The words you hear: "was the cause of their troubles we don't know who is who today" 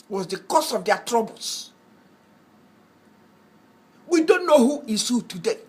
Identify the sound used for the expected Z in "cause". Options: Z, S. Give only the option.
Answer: S